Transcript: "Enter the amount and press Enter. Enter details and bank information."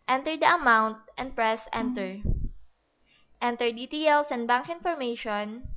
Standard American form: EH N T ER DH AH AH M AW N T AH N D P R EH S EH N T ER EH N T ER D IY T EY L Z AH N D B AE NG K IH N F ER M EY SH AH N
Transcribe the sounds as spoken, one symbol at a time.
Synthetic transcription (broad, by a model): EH N T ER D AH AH M AW N T AH N D P R EH S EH N T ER EH N T ER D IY T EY L S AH N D B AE NG K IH N F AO M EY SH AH N